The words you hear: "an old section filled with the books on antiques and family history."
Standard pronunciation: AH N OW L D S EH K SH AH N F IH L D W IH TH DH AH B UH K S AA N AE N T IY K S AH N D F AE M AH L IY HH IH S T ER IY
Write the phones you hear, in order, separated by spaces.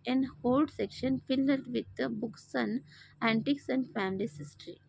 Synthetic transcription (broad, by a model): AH N OW L D S EH K SH AH N F IH L D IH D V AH B UH K S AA N AE N T IY K S AH N D F AE M AH L IY HH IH S T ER IY